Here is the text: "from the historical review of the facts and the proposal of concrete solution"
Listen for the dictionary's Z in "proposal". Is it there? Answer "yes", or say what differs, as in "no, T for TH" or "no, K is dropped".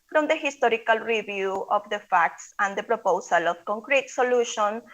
no, S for Z